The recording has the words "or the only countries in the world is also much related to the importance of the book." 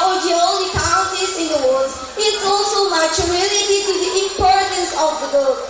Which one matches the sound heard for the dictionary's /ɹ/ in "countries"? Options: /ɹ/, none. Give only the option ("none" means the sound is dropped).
none